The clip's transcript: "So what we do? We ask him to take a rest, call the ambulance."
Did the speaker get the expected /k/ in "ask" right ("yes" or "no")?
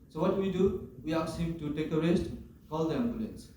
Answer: no